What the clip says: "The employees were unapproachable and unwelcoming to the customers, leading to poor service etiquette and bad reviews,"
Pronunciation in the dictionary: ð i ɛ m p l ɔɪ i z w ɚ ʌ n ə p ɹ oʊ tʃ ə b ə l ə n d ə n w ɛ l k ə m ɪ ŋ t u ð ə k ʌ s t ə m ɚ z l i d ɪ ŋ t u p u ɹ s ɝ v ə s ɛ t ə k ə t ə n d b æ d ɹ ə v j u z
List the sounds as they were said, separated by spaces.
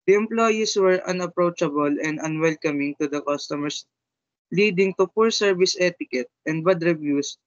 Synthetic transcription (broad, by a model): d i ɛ m p l ɔɪ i s w ɚ ʌ n ə p ɹ oʊ tʃ ə b ə l ə n d ə n w ɛ l k ə m ɪ ŋ t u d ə k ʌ s t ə m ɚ s l i d ɪ ŋ t u p u ɹ s ɝ v ə s ɛ t ə k ə t ə n d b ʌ d ɹ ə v j u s